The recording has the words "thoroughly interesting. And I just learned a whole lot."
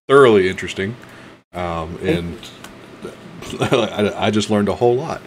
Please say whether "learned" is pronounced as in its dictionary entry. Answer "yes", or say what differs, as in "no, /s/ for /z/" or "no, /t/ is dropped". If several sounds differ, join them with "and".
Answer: yes